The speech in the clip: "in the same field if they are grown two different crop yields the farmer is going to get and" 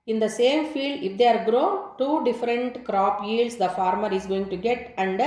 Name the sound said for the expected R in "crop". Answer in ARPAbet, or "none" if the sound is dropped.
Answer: R